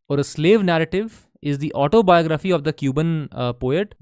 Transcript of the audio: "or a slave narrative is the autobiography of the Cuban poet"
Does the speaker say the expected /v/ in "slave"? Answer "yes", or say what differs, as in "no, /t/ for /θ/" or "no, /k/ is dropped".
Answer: yes